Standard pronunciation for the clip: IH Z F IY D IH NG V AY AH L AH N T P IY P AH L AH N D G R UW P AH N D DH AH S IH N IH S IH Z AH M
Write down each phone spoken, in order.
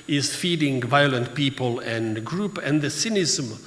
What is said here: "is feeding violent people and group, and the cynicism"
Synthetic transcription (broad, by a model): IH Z F IY D IH NG V AY AH L AH N T P IY P AH L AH N G R UW P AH N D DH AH S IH N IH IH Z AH M